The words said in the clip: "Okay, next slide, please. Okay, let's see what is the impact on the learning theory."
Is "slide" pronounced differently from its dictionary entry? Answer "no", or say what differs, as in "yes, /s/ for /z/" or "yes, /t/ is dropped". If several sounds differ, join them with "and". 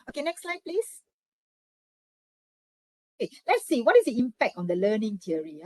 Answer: no